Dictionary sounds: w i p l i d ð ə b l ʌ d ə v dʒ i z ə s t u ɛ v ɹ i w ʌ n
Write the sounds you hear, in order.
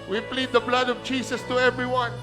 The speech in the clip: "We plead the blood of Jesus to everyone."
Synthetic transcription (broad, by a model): w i p l i d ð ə b l ʌ d ə v dʒ i s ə s t u ɛ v ɹ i w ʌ n